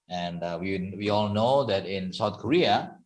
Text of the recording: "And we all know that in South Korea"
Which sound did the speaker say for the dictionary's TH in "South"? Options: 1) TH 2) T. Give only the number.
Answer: 2